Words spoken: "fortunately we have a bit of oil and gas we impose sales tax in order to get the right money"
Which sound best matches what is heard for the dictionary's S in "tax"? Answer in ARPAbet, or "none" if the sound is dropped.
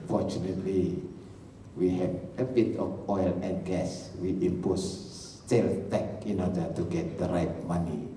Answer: none